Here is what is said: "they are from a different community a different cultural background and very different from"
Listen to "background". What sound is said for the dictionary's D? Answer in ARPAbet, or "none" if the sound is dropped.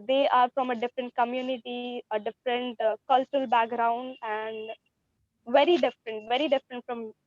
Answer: D